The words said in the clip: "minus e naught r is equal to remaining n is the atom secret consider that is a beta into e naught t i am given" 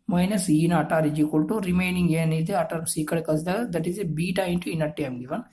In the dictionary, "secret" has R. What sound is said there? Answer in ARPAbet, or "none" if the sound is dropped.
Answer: none